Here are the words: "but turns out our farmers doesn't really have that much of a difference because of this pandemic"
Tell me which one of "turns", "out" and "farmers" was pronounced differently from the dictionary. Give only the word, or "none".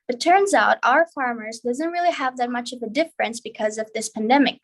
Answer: none